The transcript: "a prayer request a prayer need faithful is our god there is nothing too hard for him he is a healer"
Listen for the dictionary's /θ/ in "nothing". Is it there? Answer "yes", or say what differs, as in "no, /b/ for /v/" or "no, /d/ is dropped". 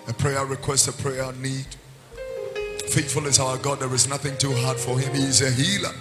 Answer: yes